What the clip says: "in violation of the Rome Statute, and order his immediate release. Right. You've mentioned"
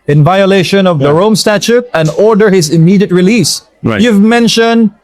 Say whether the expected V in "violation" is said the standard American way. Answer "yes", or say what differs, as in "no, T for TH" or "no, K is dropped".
yes